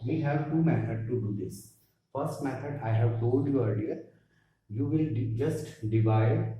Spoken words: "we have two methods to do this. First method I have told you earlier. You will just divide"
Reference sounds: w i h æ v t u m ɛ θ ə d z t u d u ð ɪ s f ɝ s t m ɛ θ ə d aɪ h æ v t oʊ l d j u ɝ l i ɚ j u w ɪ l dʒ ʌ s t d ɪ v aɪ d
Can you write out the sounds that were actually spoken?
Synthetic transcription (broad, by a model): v i h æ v t u m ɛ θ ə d t u d u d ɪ s f ɝ s t m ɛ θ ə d aɪ h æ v t oʊ l d j u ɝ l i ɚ j u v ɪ l dʒ ʌ s t d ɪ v aɪ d